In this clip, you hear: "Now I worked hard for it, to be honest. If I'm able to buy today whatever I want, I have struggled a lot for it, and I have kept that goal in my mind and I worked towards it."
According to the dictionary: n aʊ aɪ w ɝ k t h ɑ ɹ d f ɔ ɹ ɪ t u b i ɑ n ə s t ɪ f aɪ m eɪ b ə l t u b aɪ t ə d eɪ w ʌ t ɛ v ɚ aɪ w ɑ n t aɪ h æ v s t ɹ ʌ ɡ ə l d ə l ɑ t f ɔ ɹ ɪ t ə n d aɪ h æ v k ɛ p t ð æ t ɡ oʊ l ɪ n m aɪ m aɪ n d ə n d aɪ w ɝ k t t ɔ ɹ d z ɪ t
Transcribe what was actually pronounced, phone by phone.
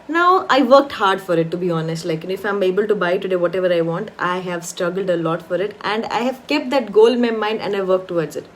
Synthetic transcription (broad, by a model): n aʊ aɪ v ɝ k t h ɑ ɹ d f ɔ ɹ ɪ t u b i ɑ n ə s t ɪ f aɪ m eɪ b ə l t u b aɪ t ə d eɪ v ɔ t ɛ v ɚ aɪ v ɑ n t aɪ h æ v s t ɹ ʌ ɡ ə l d ə l ɑ t f ɔ ɹ ɪ t ə n d aɪ h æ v k ɛ p t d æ t ɡ oʊ l ɪ n m aɪ m aɪ n d ə n d aɪ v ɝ k t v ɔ ɹ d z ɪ t